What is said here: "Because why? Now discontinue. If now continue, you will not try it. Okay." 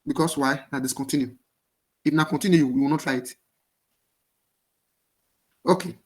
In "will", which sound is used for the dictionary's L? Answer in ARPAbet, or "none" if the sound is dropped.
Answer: W